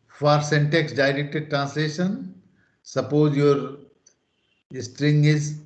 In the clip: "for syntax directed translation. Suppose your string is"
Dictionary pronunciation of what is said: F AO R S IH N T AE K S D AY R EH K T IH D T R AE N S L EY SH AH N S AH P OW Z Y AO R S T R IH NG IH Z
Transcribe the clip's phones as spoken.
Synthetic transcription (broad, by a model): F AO R S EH N T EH K S D AY R EH K T IH D T R AE N S L EY SH AH N S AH P OW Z Y AO R S T R IH NG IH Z